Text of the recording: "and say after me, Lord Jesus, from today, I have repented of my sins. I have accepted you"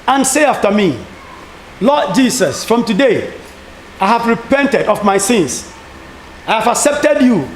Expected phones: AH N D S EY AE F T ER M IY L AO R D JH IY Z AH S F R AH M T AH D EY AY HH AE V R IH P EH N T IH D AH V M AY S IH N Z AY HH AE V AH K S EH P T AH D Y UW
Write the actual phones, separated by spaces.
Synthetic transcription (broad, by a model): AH N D S EY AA F T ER M IY L AO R D JH IY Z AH S F R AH M T AH D EY AY HH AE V R IH P EH N T IH D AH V M AY S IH N S AY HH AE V AH K S EH P T AH D Y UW